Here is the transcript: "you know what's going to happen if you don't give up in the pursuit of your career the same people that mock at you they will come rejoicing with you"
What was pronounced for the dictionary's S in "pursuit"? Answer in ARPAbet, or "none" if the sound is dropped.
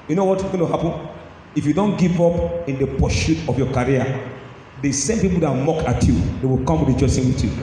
SH